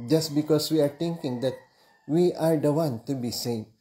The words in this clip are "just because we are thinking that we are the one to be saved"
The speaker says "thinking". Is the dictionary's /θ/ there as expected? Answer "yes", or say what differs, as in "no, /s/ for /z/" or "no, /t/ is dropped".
no, /t/ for /θ/